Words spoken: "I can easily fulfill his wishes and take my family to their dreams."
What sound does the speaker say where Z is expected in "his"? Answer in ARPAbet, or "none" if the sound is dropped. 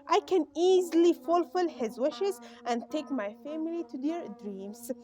Z